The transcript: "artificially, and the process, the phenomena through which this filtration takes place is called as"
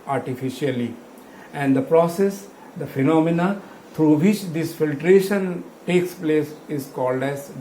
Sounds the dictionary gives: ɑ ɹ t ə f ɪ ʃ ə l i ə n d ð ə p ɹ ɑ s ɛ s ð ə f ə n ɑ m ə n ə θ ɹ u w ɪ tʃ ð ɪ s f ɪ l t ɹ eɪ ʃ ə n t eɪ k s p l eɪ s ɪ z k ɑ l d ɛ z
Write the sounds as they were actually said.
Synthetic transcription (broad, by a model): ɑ ɹ t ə f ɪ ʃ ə l i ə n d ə p ɹ ɑ s ɛ s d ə f ə n ɑ m ə n ə t ɹ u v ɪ tʃ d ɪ s f ɪ l t ɹ eɪ ʃ ə n t eɪ k s p l eɪ s ɪ z k ɑ l d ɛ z